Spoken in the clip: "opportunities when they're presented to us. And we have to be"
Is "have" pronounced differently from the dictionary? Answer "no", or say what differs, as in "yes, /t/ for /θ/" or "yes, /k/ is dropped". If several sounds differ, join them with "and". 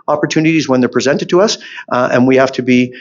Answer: yes, /f/ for /v/